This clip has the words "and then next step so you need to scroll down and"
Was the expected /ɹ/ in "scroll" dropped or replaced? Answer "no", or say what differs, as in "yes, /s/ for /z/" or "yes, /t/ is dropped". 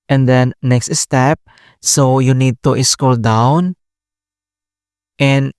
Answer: yes, /ɹ/ is dropped